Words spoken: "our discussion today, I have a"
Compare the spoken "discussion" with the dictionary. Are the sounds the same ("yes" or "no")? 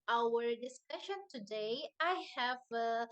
yes